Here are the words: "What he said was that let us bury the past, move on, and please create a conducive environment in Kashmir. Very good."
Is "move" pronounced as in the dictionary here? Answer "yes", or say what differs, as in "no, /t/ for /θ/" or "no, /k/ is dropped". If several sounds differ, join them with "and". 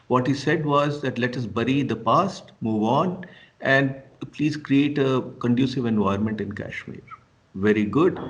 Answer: yes